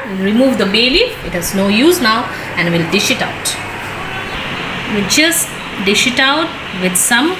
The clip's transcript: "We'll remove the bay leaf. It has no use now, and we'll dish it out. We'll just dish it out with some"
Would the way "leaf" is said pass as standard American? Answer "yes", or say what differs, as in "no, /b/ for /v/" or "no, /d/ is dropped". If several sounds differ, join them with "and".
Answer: no, /f/ is dropped